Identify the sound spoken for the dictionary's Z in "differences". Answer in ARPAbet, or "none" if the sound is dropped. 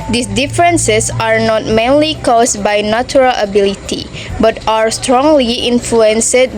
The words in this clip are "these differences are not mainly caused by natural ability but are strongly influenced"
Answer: S